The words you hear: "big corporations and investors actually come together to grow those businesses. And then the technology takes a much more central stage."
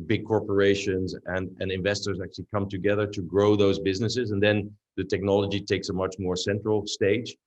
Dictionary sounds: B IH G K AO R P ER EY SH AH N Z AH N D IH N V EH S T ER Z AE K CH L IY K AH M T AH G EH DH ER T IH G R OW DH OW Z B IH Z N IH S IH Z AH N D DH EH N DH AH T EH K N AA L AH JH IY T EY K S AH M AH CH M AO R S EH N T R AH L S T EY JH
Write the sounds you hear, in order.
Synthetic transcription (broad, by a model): B IH G K AO R P ER EY SH AH N Z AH N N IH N V EH S T ER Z AE K CH L IY K AH M T AH G EH DH ER T IH G R OW DH OW Z B IH Z N IH S IH Z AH N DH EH N DH AH T EH K N AA L AH JH IY T EY K S AH M AH CH M AO R S EH N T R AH L S T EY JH